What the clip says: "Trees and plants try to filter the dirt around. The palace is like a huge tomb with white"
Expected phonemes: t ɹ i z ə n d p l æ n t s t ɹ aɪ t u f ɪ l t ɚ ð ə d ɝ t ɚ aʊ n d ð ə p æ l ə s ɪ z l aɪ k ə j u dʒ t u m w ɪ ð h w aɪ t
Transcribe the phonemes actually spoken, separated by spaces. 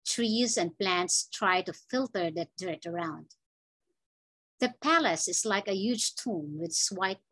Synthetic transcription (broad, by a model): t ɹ i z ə n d p l æ n t s t ɹ aɪ t u f ɪ l t ɚ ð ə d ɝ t ɚ aʊ n d ð ə p æ l ə s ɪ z l aɪ k ə j u dʒ t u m w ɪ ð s w aɪ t